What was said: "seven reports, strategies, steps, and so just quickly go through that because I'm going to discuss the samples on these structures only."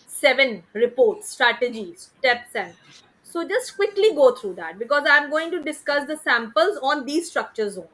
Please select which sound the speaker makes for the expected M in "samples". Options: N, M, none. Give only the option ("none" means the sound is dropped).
M